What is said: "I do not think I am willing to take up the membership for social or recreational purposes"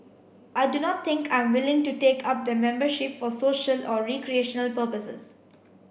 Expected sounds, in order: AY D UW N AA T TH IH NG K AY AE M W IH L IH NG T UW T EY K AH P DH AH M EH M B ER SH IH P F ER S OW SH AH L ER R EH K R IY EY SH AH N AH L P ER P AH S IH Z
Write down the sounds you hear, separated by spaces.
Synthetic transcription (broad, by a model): AY D UW N AA T T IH NG K AY M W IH L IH NG T UW T EY K AH P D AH M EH M B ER SH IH P F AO S OW SH AH L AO R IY K R IY EY SH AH N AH L P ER P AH S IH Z